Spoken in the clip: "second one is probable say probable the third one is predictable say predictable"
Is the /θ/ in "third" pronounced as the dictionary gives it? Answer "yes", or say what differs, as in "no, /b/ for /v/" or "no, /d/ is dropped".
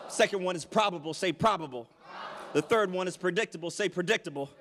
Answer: yes